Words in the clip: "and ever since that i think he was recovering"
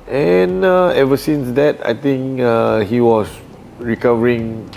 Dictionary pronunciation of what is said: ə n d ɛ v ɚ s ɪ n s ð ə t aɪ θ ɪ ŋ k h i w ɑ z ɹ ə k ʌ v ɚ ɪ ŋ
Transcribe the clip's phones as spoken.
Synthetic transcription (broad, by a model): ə n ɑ ɛ v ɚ s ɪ n s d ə t aɪ t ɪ ŋ k h i w ɑ s ɹ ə k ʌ v ɚ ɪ ŋ